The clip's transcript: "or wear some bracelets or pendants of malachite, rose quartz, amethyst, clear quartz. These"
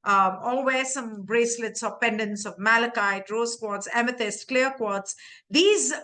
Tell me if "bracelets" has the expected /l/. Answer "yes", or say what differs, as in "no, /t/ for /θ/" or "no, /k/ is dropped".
yes